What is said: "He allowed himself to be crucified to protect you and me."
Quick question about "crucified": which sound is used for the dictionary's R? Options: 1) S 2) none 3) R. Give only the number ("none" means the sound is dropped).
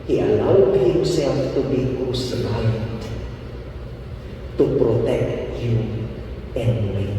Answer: 2